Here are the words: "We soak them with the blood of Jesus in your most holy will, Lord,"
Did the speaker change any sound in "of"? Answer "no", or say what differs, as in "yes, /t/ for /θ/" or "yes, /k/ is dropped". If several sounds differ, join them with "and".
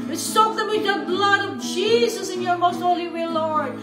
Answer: no